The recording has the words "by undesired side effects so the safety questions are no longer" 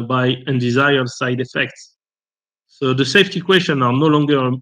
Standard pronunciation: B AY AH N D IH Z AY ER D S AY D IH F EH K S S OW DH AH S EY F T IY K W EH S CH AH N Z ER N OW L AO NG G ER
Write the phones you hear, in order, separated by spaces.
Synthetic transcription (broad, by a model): B AY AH N D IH Z AY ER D S AY D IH F EH K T S OW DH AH S EY F T IY K W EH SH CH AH N AA N OW L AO NG G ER